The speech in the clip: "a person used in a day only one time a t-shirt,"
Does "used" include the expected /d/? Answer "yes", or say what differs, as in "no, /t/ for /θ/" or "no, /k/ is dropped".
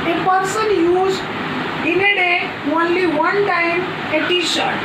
no, /d/ is dropped